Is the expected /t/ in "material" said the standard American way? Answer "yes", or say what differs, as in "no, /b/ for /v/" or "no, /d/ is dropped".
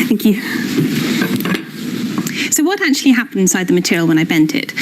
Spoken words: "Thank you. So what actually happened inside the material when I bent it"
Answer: yes